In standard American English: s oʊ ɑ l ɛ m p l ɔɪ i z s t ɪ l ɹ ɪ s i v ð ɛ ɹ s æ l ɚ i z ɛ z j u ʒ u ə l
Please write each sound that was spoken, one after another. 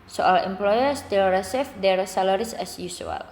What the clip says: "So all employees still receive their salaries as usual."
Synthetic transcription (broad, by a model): s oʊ ɑ l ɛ m p l ɔɪ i s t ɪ l ɹ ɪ s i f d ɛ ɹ s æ l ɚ i s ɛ s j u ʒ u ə l